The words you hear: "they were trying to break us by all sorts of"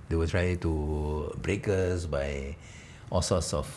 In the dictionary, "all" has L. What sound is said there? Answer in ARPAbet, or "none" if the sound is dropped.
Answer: L